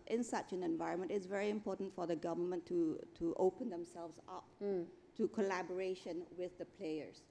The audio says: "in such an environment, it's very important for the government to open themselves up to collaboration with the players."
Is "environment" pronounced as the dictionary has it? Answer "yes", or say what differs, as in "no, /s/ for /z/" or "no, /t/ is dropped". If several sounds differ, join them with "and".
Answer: yes